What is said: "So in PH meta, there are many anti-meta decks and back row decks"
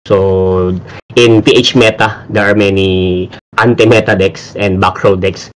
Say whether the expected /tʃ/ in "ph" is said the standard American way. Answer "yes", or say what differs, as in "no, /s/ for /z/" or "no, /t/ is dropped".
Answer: yes